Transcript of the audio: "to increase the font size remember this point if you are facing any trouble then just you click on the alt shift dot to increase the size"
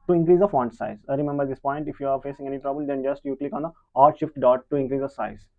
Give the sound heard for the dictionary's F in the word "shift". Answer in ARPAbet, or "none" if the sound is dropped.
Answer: F